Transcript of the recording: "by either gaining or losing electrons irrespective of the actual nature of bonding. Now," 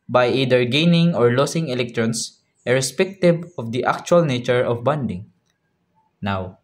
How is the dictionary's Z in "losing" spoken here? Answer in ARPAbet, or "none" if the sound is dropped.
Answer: S